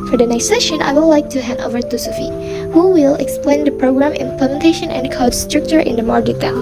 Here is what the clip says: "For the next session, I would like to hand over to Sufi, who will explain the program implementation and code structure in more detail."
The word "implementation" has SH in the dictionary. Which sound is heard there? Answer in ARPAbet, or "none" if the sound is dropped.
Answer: SH